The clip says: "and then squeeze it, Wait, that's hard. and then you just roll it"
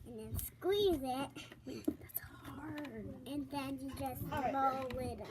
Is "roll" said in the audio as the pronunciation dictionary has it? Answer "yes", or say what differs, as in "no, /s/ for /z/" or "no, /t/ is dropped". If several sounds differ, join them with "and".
no, /l/ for /ɹ/ and /w/ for /l/